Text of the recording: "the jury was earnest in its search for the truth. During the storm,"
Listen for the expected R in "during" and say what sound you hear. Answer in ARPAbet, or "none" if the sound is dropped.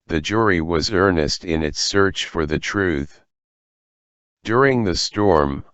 R